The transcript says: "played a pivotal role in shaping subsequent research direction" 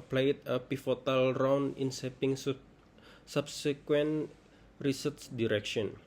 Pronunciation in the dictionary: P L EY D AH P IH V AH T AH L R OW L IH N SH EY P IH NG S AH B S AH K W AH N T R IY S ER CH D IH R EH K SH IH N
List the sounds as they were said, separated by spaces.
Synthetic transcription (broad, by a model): P L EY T AH P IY F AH T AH L R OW N IH N S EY P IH NG S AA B S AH K W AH N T R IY S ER S D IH R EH K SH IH N